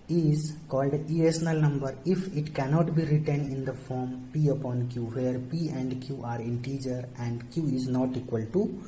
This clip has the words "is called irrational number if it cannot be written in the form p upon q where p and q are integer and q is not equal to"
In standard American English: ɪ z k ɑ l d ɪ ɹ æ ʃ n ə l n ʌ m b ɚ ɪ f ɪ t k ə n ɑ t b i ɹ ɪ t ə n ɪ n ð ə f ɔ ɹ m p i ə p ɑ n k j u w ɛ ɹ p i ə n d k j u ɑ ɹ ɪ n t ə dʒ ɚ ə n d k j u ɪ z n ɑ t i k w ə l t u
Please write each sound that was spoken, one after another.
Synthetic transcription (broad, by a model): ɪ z k ɑ l d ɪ ɛ s n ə l n ʌ m b ɚ ɪ f ɪ t k ə n ɑ t b i ɹ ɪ t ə n ɪ n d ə f ɔ ɹ m p i ə p ɑ n k j u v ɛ ɹ p i ə n d k j u ɑ ɹ ɪ n t ə dʒ ɚ ə n d k j u ɪ z n ɑ t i k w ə l t u